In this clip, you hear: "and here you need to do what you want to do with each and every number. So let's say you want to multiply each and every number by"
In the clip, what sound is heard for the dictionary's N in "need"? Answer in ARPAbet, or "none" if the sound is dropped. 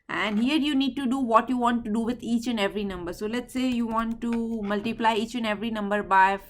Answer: N